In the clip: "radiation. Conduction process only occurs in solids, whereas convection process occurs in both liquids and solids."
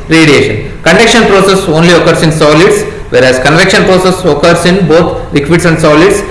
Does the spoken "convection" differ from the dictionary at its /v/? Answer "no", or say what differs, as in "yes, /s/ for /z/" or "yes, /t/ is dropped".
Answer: no